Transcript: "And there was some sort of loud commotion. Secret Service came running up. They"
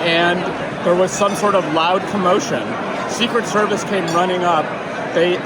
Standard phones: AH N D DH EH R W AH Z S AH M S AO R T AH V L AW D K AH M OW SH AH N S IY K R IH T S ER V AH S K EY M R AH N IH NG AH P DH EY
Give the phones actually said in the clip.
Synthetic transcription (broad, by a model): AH N DH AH R W AH Z S AH M S AO R T AH V L AW D K AH M OW SH AH N S IY K R IH T S ER V AH S K EY M R AH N IH NG AH P DH EY